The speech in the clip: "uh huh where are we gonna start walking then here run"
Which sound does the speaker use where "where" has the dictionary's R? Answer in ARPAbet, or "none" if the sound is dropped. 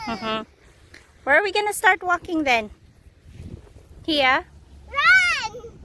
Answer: W